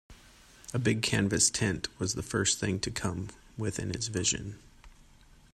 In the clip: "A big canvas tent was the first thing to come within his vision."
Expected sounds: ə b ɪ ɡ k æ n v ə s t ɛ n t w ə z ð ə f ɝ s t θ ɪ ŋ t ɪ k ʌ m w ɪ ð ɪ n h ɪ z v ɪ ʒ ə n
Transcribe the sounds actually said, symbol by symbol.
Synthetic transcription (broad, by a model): ə b ɪ ɡ k æ n v ə s t ɛ n t w ə z ð ə f ɝ s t θ ɪ ŋ t ɪ k ʌ m w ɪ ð ɪ n ɪ s v ɪ ʒ ə n